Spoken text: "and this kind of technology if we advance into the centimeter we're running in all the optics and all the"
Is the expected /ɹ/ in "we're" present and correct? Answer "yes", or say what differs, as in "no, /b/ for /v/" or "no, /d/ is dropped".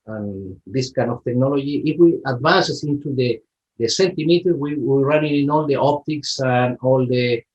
no, /w/ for /ɹ/